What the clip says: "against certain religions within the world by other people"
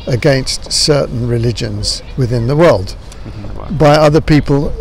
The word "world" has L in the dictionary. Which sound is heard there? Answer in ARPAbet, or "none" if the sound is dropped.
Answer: L